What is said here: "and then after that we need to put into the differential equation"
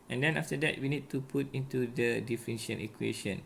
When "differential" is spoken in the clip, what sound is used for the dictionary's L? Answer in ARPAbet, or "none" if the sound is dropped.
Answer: N